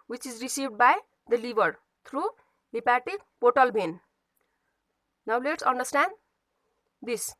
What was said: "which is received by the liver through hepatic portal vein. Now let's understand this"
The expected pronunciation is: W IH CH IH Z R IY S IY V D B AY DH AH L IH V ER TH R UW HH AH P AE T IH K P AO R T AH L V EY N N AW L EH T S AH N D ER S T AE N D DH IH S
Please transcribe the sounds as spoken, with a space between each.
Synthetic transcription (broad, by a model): W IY CH IH Z R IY S IY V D B AY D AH L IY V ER T R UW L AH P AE T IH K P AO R T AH L B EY N N AW L EH T S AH N D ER S T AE N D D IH S